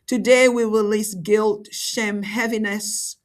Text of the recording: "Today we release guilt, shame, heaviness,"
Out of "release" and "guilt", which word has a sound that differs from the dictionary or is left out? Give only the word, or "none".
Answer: none